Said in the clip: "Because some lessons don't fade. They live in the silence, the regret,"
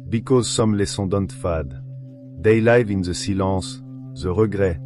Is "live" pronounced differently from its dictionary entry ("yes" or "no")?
no